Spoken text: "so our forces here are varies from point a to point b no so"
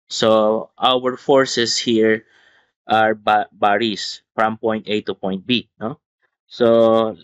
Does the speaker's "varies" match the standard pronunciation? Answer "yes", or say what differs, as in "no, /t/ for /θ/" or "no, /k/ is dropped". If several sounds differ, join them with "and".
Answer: no, /b/ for /v/ and /s/ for /z/